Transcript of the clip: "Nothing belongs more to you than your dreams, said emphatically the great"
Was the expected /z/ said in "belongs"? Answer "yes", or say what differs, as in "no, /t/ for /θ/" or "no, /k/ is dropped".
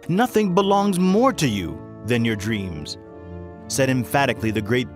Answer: yes